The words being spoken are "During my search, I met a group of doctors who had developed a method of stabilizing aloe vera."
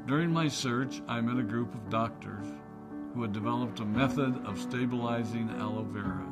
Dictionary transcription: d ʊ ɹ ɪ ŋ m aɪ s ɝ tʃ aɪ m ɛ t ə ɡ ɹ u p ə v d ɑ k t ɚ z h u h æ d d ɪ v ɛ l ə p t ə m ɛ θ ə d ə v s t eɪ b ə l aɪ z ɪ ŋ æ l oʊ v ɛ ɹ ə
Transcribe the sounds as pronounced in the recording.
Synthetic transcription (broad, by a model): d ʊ ɹ ɪ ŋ m aɪ s ɝ tʃ aɪ m ɛ t ə ɡ ɹ u p ə v d ɑ k t ɚ z h u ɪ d d ɪ v ɛ l ə p t ə m ɛ θ ə d ə v s t eɪ b ə l aɪ z ɪ ŋ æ l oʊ v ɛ ɹ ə